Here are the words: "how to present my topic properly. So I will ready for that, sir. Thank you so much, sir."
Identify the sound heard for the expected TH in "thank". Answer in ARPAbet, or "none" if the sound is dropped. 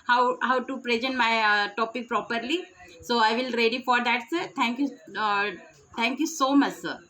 T